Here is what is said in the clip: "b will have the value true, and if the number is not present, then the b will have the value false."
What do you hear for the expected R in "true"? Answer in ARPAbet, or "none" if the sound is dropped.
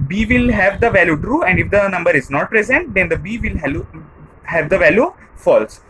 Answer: R